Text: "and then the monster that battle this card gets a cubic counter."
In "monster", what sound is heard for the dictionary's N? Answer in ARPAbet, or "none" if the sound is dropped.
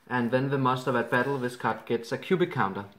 none